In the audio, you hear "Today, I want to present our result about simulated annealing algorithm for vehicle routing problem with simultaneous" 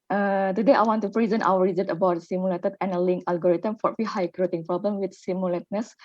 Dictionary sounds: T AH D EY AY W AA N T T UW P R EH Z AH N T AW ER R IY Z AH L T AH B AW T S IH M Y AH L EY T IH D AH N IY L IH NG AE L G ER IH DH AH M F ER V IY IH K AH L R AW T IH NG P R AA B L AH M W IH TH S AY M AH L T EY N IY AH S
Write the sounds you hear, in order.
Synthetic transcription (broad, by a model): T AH D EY AY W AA N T T UW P R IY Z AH N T AW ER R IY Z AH T AH B AW T S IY M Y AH L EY T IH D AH N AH L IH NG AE L G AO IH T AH M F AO F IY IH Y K R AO T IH NG P R AA B L AH M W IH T S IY M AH L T N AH S